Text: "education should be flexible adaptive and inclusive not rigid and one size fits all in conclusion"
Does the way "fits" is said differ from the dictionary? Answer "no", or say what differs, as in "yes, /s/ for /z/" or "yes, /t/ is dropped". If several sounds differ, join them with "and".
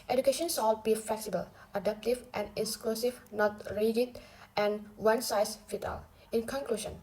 yes, /s/ is dropped